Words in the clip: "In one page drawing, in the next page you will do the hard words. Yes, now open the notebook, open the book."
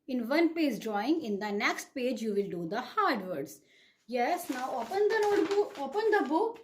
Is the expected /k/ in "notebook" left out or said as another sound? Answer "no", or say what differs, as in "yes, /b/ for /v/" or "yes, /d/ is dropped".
yes, /k/ is dropped